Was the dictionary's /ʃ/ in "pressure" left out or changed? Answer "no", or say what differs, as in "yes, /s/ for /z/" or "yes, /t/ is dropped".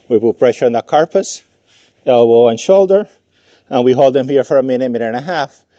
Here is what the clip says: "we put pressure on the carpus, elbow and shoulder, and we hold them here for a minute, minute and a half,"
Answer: no